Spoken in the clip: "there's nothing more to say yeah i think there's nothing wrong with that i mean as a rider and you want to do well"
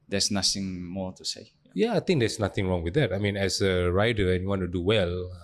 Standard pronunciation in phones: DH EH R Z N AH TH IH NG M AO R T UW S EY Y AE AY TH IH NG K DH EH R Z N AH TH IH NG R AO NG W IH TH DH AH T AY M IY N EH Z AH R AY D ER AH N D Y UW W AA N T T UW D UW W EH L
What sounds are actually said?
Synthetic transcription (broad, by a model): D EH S N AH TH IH NG M AO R T UW S EY Y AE AY T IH NG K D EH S N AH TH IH NG R AO NG W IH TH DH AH T AY M IY N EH S AH R AY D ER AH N Y UW W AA N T T UW D UW W EH L